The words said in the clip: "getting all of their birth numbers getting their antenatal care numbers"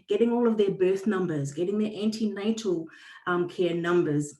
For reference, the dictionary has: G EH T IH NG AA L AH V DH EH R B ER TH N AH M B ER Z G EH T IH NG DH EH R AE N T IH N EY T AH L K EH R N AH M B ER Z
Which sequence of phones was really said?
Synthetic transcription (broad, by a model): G EH T IH NG AA L AH V DH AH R B ER TH N AH M B ER Z G EH T IH NG DH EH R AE N T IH N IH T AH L K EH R N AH M B ER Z